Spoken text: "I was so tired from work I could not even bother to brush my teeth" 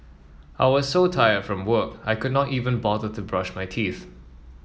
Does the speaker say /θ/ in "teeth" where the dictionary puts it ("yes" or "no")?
yes